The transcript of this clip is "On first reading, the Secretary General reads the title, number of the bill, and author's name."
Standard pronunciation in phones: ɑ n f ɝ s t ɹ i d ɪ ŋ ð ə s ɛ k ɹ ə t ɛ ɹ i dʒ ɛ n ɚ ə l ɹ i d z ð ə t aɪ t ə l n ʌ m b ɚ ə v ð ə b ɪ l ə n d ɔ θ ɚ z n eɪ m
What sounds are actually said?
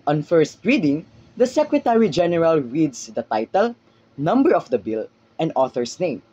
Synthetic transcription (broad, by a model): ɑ n f ɝ s t ɹ i d ɪ ŋ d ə s ɛ k ɹ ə t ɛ ɹ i dʒ ɛ n ɚ ə l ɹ i d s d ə t aɪ t ə l n ʌ m b ɚ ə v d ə b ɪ l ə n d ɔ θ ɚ s n eɪ m